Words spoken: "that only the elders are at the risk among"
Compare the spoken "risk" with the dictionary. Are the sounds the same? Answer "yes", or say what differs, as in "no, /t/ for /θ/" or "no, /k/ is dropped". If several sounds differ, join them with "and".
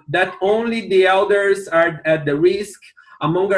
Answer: yes